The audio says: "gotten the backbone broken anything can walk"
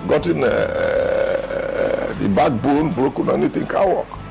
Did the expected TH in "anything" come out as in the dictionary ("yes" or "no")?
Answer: no